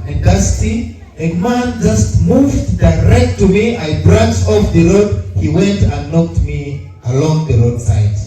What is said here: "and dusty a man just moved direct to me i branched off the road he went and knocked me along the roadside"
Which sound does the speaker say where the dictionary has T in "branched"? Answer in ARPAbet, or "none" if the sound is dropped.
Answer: none